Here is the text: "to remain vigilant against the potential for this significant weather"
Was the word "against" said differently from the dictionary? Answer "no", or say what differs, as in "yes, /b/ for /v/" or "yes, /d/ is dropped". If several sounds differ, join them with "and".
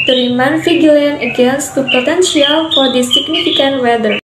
no